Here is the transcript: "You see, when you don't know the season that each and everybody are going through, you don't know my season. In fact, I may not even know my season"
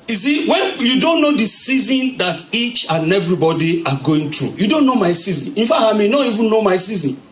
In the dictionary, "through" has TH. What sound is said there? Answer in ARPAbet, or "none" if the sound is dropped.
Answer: T